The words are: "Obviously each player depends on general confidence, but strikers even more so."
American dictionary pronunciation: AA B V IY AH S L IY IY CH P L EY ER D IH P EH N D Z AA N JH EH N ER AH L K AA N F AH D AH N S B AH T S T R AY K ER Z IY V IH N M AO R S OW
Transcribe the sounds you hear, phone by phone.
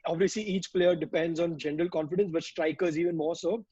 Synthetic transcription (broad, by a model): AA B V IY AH S L IY IY CH P L EY ER D IH P EH N D Z AA N JH EH N ER AH L K AA N F AH D AH N S B AH T S T R AY K ER Z IY V IH N M AO R S OW